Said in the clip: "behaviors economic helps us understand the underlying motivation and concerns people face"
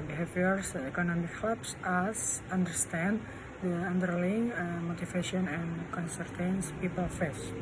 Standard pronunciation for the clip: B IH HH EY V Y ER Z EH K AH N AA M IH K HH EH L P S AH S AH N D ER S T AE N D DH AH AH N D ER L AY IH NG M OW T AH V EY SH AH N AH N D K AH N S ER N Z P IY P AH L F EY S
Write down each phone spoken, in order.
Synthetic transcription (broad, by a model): B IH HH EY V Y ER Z EH K AH N AA M IH K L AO P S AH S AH N D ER S T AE N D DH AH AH N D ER L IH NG M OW T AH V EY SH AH N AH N K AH N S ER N S P IY P AH L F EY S